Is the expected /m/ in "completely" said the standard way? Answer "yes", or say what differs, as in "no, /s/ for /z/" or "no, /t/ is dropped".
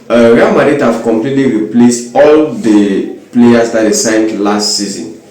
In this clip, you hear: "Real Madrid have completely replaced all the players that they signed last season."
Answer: yes